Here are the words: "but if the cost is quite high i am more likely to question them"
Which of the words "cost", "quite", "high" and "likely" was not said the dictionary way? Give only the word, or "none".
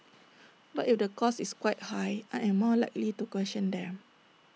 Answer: cost